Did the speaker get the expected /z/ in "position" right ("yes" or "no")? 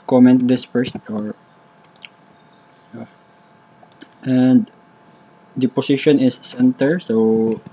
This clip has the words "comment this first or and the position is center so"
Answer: no